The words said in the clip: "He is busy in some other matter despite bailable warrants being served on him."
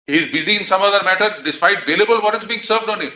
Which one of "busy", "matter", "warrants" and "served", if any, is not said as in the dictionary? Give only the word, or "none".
warrants